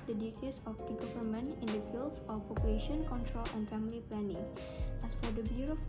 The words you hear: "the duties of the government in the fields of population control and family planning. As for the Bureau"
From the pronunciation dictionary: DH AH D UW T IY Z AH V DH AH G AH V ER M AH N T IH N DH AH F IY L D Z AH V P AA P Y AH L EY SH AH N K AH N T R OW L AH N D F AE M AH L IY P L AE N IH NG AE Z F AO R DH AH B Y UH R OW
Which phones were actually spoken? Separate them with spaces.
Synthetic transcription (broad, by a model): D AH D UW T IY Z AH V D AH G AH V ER M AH N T IH N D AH F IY L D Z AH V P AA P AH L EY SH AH N K AH N T R OW L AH N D F AE M AH L IY P L AE N IH NG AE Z F AO R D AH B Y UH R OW